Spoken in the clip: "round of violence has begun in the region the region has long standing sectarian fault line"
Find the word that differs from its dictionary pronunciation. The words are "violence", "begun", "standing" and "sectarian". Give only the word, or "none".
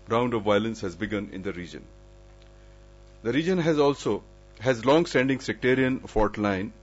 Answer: none